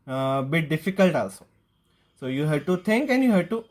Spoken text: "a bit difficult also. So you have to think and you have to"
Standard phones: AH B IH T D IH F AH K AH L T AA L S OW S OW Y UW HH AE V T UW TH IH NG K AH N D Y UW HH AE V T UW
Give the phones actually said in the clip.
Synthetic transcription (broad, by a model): B IH T D IH F AH K AH L T AA L S OW S OW Y UW HH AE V T UW T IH NG K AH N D Y UW HH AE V T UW